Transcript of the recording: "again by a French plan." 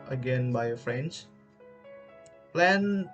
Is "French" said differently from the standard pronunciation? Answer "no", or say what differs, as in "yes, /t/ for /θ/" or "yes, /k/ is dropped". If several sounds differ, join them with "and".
yes, /s/ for /tʃ/